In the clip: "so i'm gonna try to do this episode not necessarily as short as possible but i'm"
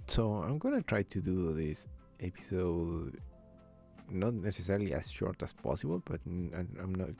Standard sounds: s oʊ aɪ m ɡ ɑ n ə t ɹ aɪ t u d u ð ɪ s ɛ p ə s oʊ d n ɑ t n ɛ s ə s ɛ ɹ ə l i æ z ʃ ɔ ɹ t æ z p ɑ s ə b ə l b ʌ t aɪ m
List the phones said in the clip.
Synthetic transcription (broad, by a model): s oʊ aɪ m ɡ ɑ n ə t ɹ aɪ t u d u ð ɪ s ɛ p ə s oʊ d n ɑ t n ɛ s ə s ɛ ɹ l i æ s ʃ ɔ ɹ t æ s p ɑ s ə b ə l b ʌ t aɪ m